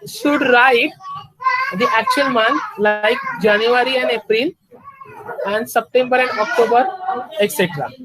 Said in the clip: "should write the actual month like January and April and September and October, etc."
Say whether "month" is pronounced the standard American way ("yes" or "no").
no